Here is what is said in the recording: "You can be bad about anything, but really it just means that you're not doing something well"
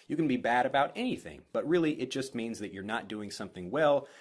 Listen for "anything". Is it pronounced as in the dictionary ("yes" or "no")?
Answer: yes